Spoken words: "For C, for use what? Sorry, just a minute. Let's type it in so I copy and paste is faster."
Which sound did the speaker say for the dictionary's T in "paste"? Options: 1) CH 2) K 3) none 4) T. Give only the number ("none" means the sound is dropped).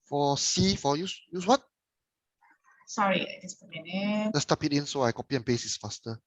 3